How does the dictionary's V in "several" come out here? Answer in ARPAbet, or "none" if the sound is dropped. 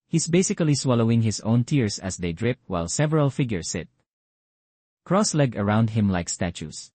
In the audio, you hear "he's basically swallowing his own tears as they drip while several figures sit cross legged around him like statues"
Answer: V